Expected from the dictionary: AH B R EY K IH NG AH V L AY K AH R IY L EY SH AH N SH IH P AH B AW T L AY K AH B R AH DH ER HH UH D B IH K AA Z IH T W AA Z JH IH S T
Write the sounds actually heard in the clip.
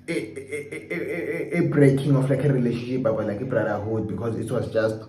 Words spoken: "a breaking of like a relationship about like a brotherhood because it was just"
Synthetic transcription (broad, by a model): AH B R EY K IH NG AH F L AY K AH R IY L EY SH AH N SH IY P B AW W L AY K AH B R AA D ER HH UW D B IH K AA Z IH T W AA Z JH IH S T